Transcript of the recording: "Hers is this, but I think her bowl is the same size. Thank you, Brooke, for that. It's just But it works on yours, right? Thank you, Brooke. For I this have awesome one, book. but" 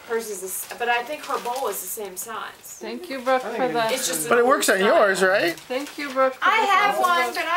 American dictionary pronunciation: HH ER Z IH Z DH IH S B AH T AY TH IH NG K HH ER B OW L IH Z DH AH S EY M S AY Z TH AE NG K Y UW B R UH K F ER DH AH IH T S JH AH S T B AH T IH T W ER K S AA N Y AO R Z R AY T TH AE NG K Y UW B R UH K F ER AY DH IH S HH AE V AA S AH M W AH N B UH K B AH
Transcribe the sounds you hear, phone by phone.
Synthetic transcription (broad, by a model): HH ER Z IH Z DH IH S B AH T AY TH IH NG K HH ER B OW L IH Z DH AH S EY M S AY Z TH AE NG K Y UW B R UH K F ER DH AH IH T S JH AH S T B AH T IH T W ER K S N Y AO R Z R AY T TH AE NG K Y UW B R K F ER AY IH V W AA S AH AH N